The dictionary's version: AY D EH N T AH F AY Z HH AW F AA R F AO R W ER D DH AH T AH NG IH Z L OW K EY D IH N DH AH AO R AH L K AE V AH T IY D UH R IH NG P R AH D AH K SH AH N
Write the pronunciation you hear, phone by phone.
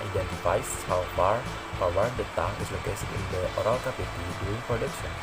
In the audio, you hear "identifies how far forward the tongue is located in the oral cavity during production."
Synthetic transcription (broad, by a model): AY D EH N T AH F AY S HH AW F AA R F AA W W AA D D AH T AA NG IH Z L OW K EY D IH N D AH AO R AH L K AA P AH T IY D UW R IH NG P R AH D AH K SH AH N